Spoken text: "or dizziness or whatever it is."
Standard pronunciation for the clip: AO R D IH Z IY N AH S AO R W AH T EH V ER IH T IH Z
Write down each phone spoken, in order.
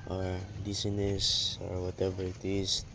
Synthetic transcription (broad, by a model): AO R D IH S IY N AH S AO R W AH T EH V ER IH T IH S